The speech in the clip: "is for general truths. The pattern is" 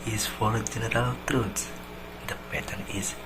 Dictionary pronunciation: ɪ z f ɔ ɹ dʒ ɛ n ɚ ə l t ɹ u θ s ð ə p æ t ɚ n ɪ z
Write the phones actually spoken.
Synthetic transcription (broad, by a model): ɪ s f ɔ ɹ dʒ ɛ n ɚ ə l t ɹ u t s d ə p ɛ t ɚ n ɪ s